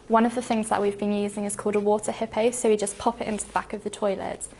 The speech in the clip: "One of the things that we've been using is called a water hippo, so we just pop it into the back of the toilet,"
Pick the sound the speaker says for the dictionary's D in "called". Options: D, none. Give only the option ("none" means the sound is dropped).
D